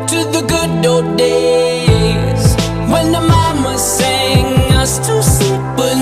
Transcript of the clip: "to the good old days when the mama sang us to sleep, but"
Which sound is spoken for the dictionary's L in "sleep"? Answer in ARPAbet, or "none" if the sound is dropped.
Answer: none